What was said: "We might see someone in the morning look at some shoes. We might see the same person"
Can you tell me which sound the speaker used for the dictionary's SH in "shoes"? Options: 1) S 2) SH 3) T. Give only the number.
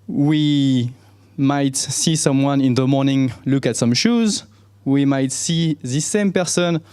2